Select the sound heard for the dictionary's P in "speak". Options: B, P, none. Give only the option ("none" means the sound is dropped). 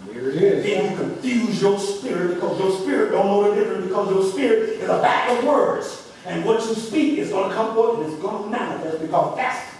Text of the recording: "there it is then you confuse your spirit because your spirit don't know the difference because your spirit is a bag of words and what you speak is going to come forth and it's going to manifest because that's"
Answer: P